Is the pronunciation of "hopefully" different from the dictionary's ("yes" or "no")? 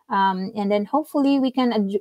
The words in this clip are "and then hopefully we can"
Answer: no